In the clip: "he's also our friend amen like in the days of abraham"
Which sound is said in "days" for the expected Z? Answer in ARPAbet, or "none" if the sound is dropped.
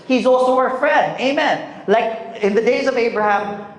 Z